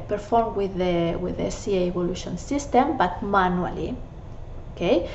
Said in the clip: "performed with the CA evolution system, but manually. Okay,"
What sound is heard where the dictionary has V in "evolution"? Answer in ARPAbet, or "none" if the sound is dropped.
B